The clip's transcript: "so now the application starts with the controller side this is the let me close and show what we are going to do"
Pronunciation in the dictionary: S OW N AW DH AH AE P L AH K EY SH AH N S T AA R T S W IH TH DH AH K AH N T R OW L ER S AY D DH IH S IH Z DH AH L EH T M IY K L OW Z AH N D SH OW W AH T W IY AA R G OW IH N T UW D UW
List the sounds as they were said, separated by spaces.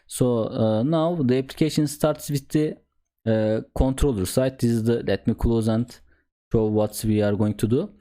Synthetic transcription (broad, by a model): S OW N AW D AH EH P L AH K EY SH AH N S T AA R T S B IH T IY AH K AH N T R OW L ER S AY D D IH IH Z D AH L EH T M IY K L OW Z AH N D SH OW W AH T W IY AA R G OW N T UW D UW